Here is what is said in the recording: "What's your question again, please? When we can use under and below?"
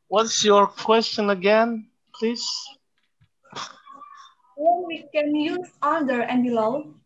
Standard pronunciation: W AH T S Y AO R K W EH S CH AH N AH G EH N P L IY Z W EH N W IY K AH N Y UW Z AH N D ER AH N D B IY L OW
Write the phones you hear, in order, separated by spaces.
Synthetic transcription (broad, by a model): W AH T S Y AO R K W EH S CH AH N AH G EH N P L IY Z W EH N W IY K AH N Y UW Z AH L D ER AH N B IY L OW